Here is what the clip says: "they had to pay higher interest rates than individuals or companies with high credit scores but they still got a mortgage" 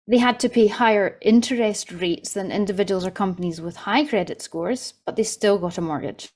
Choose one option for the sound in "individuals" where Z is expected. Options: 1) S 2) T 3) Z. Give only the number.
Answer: 3